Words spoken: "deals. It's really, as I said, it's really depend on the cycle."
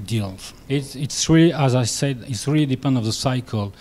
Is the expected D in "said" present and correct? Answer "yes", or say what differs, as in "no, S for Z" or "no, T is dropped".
yes